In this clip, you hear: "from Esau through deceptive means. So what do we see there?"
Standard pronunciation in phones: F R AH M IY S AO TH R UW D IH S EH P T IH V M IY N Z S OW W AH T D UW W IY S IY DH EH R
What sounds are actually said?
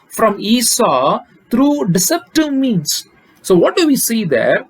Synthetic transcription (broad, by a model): F R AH M IY S AO T R UW D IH S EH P T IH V M IY N S OW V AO T D UW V IY S IY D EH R